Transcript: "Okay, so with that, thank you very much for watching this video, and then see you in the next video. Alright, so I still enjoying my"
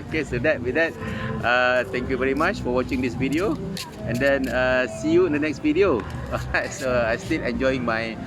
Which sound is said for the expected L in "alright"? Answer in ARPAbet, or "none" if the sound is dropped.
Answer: none